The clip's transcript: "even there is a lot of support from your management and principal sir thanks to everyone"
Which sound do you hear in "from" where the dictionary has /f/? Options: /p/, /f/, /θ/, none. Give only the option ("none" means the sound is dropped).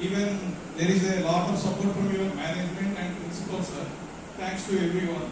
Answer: /p/